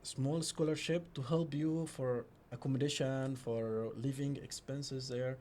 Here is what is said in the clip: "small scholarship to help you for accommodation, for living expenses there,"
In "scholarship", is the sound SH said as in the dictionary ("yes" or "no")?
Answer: yes